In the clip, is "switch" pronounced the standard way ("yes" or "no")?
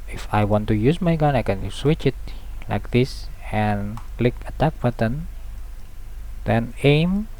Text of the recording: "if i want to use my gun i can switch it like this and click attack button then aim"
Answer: yes